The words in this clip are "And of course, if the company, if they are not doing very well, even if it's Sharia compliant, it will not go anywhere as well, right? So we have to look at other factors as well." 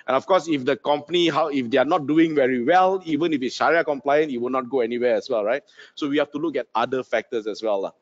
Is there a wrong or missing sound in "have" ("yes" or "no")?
yes